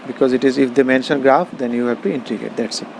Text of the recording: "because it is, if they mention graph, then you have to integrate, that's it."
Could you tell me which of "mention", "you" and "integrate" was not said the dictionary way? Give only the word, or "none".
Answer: integrate